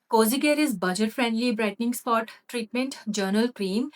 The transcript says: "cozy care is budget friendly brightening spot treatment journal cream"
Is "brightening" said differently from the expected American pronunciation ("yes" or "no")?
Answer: no